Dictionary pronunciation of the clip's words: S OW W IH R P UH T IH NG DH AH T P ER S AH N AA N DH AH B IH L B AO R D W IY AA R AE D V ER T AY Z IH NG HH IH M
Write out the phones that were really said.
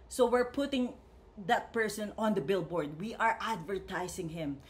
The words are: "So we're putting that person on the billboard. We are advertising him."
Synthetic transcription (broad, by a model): S OW W IH R P UH T IH NG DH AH T P ER S AH N AA N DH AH B IH L B AO R D W IY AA R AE D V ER T AY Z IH NG HH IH M